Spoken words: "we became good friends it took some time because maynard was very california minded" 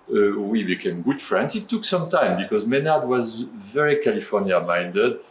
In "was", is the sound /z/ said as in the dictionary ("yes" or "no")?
yes